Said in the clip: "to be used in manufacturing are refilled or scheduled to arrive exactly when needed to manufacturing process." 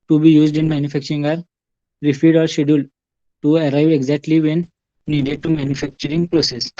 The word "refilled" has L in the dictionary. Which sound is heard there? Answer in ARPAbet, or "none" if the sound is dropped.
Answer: none